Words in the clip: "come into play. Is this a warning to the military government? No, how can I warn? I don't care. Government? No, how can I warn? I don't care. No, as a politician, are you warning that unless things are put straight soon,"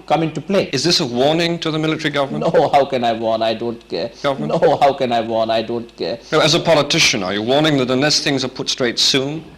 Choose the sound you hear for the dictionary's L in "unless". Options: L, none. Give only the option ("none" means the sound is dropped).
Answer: none